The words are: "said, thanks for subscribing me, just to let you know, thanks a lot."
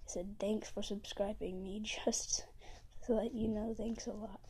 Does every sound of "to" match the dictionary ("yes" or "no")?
no